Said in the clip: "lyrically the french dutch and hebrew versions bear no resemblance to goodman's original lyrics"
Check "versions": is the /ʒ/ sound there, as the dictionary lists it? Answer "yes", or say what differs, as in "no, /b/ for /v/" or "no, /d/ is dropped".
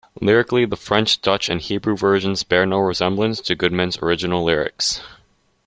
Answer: yes